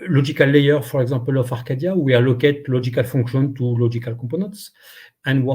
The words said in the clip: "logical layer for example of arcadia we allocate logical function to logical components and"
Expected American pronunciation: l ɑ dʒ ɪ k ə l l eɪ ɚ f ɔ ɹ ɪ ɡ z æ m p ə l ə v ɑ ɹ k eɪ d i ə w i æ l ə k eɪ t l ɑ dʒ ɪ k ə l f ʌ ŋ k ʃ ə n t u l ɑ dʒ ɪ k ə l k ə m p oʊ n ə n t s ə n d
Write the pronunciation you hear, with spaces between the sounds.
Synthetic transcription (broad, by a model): l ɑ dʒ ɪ k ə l l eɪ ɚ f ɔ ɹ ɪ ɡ z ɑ p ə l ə f ɑ ɹ k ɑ d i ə w i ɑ l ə k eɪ t l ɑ ʒ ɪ k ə l f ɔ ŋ k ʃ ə n t u l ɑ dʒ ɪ k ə l k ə p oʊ n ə t s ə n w